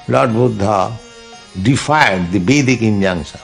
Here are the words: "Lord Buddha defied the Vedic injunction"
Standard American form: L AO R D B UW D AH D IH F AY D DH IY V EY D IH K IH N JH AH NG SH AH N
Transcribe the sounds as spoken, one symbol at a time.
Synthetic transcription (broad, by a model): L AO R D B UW D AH D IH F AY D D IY B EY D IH K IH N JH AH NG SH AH